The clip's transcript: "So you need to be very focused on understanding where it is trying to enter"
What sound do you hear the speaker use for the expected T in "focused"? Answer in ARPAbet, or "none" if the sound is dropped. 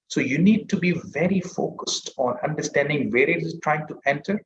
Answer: T